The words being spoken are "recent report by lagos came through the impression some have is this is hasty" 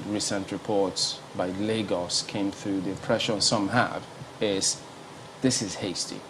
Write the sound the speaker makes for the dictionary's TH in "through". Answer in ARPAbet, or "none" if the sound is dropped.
TH